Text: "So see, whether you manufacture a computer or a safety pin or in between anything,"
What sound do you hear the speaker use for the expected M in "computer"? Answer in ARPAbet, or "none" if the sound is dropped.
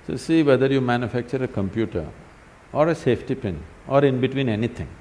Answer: M